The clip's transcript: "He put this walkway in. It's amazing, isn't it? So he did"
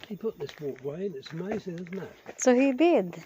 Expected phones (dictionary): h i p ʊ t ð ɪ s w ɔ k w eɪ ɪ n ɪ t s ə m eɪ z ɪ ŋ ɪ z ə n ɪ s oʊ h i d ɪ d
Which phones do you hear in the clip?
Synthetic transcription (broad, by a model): h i p ʊ t ð ɪ s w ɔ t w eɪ ɪ n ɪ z ə m eɪ z ɪ ŋ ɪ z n ɪ s oʊ h i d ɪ d